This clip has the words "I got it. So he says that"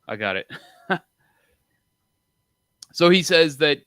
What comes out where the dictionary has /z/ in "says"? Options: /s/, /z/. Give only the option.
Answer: /z/